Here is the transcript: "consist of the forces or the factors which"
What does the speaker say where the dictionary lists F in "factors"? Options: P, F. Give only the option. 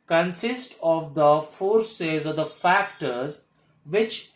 F